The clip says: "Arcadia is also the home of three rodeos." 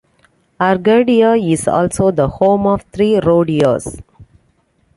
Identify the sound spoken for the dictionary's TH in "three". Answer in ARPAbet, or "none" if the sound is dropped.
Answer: T